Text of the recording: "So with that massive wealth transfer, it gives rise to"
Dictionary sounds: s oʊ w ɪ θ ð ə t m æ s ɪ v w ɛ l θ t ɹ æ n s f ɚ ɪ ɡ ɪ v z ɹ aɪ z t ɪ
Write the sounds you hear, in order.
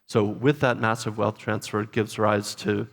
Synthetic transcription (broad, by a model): s oʊ w ɪ ð ə t m æ s ɪ v w ɛ l θ t ɹ æ n s f ɚ ɡ ɪ v z ɹ aɪ z t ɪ